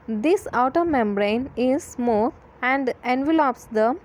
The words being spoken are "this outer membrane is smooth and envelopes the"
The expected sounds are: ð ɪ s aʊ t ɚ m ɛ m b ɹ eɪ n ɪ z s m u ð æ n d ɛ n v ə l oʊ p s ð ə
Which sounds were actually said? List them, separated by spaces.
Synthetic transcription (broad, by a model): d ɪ s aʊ t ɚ m ɛ m b ɹ eɪ n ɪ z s m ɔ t æ n d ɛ n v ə l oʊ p s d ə